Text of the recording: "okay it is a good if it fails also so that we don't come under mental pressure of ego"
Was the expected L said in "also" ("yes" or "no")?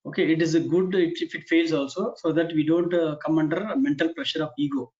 yes